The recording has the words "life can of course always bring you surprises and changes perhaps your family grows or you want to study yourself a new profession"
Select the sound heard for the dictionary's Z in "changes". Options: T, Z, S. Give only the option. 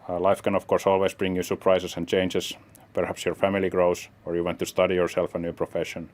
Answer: S